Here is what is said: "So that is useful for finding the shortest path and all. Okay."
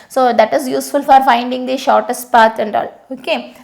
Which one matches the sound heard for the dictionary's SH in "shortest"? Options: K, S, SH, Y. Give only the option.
SH